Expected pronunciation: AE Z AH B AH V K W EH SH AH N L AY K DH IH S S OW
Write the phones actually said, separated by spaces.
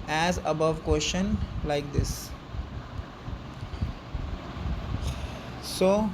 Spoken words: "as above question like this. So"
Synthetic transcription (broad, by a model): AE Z AH B AH V K W EH SH AH N L AY K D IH S S OW